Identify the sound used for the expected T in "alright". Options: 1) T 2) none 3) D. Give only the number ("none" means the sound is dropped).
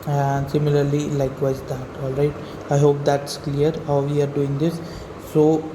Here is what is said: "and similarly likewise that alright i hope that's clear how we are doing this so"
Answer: 1